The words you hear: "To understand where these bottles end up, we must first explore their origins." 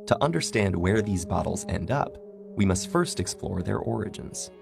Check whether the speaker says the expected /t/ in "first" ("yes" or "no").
yes